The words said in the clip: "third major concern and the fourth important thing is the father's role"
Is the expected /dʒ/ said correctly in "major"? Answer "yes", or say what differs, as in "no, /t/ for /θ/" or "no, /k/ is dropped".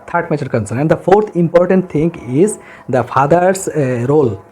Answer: no, /tʃ/ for /dʒ/